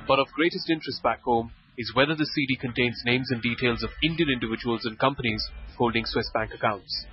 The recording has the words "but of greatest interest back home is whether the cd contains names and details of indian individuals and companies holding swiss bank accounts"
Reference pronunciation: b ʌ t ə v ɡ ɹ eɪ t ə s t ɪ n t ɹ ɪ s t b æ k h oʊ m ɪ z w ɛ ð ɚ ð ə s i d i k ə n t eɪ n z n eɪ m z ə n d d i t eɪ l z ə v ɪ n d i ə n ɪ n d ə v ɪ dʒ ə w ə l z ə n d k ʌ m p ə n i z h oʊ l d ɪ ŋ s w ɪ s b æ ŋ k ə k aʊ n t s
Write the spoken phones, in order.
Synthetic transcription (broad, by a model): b ʌ t ə v ɡ ɹ eɪ t ə s t ɪ n t ɹ ɪ s t b æ k h oʊ m ɪ z w ɛ ð ɚ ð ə s i d i k ə n t eɪ n z n eɪ m z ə n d d i t eɪ l z ə v ɪ n d i ə n ɪ n d ə v ɪ dʒ ə w ə l z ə n k ʌ m p ə n i z h oʊ l d ɪ ŋ s w ɪ s b æ ŋ k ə k aʊ n t s